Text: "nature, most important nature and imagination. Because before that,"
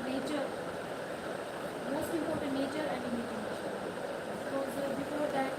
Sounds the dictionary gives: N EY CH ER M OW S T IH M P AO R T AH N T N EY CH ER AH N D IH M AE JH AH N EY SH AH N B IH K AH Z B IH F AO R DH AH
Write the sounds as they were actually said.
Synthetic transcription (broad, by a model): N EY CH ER M OW S T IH M P AO R T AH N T N EY CH ER AH N D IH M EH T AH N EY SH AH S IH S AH B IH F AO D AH